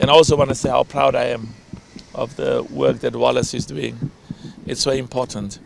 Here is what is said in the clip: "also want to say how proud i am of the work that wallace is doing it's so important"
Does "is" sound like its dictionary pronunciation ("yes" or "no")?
yes